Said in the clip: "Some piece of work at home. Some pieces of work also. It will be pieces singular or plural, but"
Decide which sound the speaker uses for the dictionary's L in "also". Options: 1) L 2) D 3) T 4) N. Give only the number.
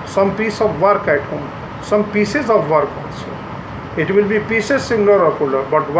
4